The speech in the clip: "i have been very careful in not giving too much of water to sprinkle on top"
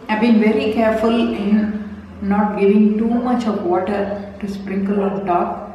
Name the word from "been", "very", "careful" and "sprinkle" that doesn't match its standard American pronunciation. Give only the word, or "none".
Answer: none